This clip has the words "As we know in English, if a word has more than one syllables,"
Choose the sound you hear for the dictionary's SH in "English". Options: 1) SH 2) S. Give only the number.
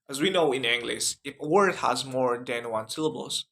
2